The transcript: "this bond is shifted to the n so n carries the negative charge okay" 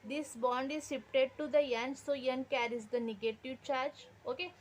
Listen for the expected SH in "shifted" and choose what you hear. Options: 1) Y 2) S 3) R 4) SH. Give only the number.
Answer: 2